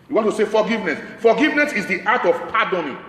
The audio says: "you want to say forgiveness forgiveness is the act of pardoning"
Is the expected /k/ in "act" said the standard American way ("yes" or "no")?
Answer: no